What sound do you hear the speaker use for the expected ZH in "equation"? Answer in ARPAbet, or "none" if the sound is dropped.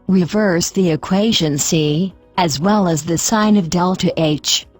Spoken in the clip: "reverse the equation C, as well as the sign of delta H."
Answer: ZH